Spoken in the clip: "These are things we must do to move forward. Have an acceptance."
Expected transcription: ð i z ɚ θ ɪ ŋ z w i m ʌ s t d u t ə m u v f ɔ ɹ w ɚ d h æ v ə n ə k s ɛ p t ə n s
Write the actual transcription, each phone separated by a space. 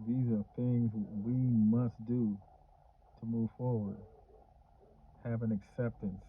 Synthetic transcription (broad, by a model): ð i z ɚ θ ɪ ŋ z w i m ʌ s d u t ə m u v f ɔ ɹ w ɚ d h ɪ v ə n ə k s ɛ p t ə n s